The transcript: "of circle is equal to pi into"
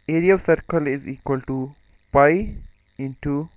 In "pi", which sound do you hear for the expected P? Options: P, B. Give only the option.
B